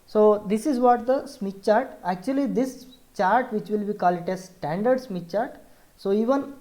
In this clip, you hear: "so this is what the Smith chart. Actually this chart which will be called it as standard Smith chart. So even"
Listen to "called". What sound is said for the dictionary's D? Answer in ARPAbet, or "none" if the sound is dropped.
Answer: none